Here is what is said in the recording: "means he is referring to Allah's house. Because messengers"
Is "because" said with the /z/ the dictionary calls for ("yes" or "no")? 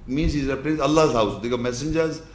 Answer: no